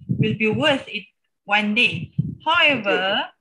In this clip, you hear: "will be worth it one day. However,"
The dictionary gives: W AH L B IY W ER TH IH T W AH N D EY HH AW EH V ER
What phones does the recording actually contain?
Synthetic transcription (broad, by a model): W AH L B IY W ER S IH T W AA N D EY HH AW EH V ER